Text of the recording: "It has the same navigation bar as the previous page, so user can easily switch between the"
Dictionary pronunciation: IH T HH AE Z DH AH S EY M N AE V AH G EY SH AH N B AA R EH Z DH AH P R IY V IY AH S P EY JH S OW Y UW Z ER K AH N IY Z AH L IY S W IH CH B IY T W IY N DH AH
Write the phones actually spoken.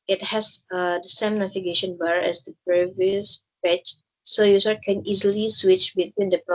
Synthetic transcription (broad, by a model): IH T HH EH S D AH S EY M N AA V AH G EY SH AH N B AA R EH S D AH P R IY V IY AH S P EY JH S OW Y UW S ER K AH N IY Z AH L IY S W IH CH B IY T W IY N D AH